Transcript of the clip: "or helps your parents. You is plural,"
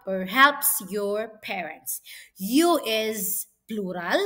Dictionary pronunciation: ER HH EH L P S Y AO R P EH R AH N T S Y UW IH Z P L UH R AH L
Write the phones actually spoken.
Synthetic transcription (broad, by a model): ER HH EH P S Y AO R P EH R AH N T S Y UW IH Z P L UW R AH L